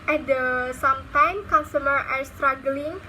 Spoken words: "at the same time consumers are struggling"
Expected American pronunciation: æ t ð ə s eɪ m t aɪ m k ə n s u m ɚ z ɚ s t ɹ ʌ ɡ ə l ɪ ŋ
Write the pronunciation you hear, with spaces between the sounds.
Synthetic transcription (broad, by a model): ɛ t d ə s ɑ m t aɪ m k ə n s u m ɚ ɚ s t ɹ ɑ ɡ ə l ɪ ŋ